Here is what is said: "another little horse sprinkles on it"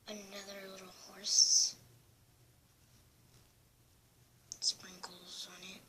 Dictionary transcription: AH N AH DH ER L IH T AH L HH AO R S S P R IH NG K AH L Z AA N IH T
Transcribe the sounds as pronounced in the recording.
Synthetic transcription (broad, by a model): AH N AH DH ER L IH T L HH AO R S S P R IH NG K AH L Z AA N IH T